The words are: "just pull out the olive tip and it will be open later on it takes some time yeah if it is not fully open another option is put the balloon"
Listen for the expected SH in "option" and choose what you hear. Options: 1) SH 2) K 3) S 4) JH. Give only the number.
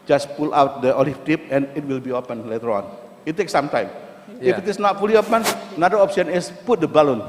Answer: 3